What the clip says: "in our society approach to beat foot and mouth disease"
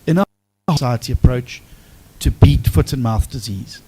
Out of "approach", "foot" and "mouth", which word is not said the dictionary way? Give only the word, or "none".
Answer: none